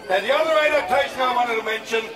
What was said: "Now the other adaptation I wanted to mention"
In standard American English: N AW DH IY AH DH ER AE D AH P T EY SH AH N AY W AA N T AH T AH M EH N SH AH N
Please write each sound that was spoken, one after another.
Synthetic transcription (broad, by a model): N DH IY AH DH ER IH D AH T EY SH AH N AY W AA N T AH T AH M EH N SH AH N